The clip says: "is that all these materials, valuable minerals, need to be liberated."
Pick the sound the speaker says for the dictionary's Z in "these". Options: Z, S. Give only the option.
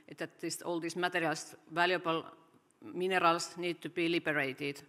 S